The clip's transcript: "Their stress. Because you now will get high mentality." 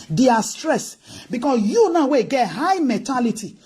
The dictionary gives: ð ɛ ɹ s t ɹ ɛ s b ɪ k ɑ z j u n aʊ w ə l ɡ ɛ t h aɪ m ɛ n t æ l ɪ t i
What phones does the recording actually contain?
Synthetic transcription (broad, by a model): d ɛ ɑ s t ɹ ɛ s b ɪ k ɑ s j u n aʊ w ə ɡ ɛ t h aɪ m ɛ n t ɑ l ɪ t i